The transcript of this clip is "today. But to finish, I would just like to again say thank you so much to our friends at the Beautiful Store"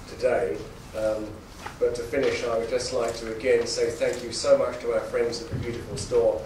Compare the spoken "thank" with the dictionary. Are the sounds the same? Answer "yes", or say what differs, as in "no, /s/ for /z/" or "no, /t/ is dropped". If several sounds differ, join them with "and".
yes